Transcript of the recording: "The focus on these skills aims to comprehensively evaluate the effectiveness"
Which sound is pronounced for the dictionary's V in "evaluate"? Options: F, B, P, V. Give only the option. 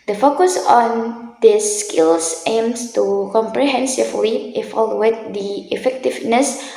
F